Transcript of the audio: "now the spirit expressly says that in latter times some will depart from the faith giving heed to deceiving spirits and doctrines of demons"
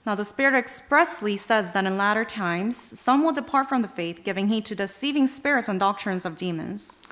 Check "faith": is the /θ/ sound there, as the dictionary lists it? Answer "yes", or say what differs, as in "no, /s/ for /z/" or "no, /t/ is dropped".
yes